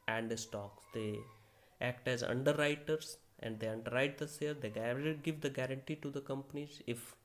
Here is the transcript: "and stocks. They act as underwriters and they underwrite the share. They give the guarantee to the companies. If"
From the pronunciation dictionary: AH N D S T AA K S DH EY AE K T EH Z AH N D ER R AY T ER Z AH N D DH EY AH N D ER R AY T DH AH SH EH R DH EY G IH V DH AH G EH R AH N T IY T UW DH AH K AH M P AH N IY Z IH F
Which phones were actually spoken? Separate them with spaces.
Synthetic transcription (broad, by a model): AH N D S T AA K S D EY AE K T EH Z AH N D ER R AY T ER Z AH N D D EY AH N D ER R AY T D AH S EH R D EY G IH V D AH G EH R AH N T IY T UW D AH K AH M P AH N IY Z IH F